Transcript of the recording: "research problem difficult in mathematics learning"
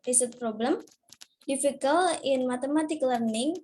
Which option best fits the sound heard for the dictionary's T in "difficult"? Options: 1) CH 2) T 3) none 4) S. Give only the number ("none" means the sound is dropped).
3